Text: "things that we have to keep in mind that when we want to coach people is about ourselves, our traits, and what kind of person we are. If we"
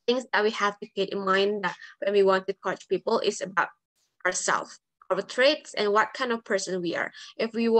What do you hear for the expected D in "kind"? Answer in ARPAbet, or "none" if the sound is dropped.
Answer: D